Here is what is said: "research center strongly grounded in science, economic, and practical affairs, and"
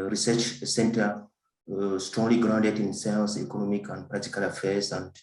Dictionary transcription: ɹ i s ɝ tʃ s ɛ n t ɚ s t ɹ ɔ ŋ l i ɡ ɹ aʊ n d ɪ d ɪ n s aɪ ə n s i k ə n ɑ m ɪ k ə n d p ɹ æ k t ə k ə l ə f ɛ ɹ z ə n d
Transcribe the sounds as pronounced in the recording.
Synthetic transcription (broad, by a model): ɹ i s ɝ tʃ s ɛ n t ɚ s t ɹ ɔ ŋ l i ɡ ɹ aʊ n d ɪ d ɪ n s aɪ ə l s i k ə n ɑ m ɪ k ə n d p ɹ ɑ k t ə k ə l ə f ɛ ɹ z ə n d